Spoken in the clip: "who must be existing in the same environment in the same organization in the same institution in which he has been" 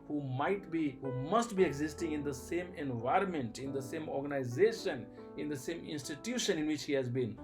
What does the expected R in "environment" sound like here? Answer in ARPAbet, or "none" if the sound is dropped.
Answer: R